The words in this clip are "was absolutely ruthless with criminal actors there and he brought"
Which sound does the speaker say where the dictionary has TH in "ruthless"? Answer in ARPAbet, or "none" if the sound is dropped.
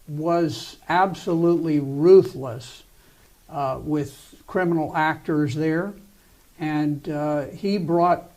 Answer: TH